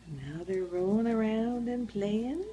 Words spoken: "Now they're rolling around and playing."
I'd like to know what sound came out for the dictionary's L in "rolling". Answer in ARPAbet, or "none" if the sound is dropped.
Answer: none